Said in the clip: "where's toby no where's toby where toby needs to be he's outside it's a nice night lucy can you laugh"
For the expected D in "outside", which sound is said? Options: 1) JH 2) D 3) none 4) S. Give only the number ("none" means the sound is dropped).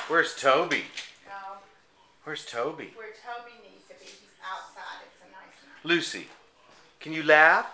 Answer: 3